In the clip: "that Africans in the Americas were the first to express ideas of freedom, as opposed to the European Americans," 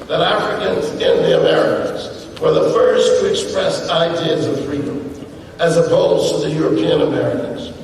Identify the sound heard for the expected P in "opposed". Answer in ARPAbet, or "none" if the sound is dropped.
B